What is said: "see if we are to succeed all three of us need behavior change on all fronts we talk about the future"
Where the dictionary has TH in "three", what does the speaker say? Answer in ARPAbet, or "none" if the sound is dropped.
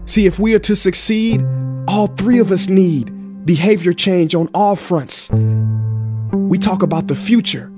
TH